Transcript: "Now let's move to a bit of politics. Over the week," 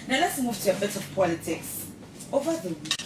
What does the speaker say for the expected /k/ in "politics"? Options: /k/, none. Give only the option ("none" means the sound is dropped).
/k/